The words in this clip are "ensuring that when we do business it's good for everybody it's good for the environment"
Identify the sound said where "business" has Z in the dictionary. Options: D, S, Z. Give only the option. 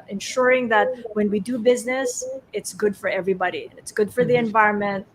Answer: Z